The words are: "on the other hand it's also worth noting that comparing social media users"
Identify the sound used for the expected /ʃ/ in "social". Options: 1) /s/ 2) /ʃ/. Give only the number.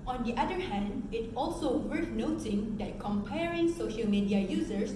2